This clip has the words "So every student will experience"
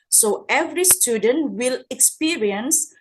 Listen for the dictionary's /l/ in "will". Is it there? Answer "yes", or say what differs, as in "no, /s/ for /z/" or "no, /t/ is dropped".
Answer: yes